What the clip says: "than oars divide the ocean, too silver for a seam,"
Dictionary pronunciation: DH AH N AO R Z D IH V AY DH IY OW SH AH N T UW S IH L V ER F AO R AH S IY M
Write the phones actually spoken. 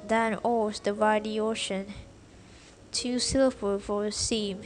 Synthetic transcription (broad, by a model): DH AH N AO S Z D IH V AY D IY OW SH AH N T UW S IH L ER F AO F AH S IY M